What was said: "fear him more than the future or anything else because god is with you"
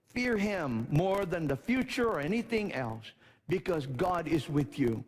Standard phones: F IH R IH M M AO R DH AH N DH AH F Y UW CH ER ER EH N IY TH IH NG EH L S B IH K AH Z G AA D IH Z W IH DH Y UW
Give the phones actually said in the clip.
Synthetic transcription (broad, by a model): F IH R IH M M AO R DH AH N DH AH F Y UW CH ER ER EH N IY TH IH NG EH L S B IH K AH Z G AA D IH Z W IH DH Y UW